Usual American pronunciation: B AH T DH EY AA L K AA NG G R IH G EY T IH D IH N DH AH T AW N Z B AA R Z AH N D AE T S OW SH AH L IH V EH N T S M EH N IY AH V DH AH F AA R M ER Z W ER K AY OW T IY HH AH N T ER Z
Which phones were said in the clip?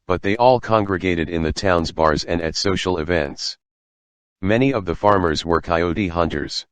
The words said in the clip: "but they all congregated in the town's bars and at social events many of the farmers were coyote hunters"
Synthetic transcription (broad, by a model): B AH T DH EY AA L K AA NG G R IH G EY T IH D IH N DH AH T AW N Z B AA R Z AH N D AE T S OW SH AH L IH V EH N T S M EH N IY AH V DH AH F AA R M ER Z W ER K AY OW T IY HH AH N T ER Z